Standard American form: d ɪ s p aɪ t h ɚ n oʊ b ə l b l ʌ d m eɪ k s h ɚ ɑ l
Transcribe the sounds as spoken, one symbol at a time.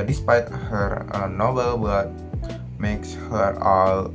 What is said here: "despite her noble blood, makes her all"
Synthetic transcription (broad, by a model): d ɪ s p aɪ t h ɚ n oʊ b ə l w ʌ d m eɪ k s h ɚ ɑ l